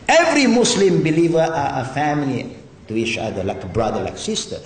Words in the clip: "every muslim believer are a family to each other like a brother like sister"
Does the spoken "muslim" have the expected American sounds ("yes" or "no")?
no